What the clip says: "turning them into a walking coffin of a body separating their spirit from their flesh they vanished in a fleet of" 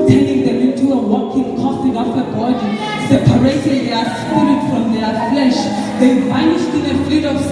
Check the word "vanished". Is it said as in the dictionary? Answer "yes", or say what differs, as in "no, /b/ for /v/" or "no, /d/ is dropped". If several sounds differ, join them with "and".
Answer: no, /s/ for /ʃ/